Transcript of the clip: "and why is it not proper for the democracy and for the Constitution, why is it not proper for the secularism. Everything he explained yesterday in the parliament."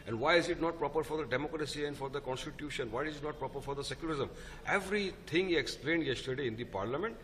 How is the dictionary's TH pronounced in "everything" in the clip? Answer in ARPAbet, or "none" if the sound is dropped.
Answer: T